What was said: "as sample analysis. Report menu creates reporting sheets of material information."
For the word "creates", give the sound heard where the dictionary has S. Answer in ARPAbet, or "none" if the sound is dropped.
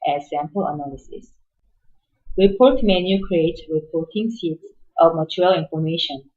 none